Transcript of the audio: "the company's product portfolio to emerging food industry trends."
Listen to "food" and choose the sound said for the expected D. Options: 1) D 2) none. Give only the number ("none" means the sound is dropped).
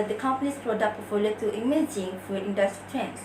2